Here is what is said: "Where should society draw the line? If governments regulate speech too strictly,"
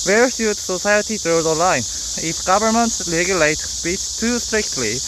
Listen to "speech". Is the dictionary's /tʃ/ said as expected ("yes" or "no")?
no